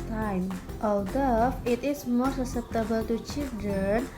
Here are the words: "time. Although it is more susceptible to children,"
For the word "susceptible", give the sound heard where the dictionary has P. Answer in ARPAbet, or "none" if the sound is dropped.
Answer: none